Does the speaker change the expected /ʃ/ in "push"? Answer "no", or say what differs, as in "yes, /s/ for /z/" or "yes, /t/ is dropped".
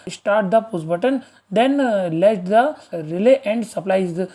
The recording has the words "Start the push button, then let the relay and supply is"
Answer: yes, /s/ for /ʃ/